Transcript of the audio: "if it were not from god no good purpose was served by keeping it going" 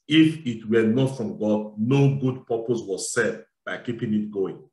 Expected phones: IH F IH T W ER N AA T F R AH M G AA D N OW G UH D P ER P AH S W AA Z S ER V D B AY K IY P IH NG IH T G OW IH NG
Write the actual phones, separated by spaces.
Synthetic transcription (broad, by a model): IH F IH T W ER N AA T F R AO M G AA D N OW G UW D P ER P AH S W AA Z S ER D B AY K IY P IH NG IH T G OW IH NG